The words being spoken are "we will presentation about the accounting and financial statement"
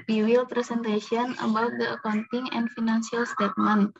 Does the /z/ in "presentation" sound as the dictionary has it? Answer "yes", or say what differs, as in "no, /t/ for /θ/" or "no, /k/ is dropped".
no, /s/ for /z/